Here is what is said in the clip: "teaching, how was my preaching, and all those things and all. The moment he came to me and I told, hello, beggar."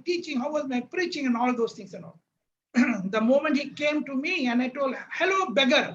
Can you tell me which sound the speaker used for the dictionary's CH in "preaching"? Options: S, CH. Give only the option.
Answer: CH